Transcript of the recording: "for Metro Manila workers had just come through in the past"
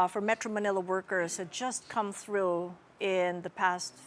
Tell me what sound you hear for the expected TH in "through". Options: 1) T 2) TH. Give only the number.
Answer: 2